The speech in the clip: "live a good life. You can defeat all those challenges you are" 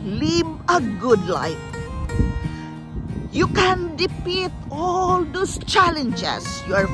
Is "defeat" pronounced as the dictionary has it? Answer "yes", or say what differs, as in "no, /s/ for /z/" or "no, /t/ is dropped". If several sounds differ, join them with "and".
no, /p/ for /f/